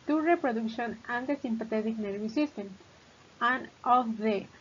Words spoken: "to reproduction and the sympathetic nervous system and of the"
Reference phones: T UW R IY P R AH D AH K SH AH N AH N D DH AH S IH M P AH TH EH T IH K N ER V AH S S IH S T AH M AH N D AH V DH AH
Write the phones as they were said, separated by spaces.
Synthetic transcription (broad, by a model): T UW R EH P R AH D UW K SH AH N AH N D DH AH S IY M P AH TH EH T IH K N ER B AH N S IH S T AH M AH N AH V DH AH